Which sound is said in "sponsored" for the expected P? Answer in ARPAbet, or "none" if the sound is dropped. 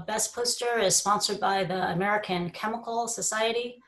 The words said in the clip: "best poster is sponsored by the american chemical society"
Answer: P